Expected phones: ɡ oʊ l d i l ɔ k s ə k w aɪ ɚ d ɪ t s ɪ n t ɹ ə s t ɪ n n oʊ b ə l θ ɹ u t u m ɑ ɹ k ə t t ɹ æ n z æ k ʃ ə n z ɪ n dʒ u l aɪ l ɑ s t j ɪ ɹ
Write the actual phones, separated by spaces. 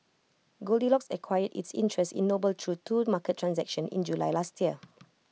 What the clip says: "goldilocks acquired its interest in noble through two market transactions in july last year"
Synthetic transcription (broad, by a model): ɡ oʊ l d i l ɔ k s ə k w aɪ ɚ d ɪ t s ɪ n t ɹ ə s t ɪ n n oʊ b ə l t ɹ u t u m ɑ k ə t t ɹ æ n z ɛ k ʃ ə n ɪ n dʒ u l aɪ l ɑ s t j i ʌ